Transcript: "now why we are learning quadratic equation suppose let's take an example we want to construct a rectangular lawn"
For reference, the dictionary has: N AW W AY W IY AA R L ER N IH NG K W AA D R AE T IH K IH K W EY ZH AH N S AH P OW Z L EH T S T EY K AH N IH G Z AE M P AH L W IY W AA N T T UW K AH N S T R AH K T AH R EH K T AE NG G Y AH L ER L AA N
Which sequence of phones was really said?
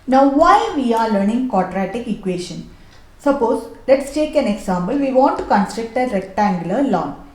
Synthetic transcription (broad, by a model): N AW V AY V IY AA R L ER N IH NG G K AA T R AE T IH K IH K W EY SH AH N S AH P OW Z L EH T S T EY K AH N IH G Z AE M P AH L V IY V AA N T T UW K AH N S T R AH K T AH R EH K T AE NG G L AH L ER L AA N